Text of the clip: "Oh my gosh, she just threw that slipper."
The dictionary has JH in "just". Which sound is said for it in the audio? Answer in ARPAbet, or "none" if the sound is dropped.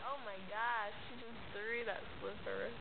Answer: Z